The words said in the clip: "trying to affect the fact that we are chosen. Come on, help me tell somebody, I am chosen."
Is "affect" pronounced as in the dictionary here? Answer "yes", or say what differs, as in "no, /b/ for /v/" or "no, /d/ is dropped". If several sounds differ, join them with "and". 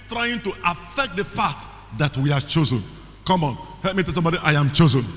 yes